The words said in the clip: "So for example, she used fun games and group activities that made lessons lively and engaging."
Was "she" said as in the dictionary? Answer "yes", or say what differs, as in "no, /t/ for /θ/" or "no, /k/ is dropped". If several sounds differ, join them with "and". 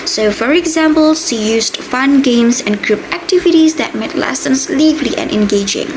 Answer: no, /s/ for /ʃ/